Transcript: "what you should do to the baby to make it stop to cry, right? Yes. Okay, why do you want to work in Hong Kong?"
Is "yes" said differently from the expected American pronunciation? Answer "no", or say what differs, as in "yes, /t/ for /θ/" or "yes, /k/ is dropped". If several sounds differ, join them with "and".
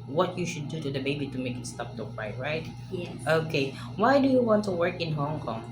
yes, /s/ is dropped